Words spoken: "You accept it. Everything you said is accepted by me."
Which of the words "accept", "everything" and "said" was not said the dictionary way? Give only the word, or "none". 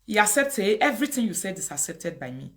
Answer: everything